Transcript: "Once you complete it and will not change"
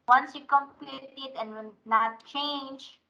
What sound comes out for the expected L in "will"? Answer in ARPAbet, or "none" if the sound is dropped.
N